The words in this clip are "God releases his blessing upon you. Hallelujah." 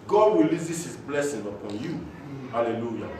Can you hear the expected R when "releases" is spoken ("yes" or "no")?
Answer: no